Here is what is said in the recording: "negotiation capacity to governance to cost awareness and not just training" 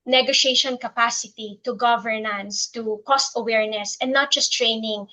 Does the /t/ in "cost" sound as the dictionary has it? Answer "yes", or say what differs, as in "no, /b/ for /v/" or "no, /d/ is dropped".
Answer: yes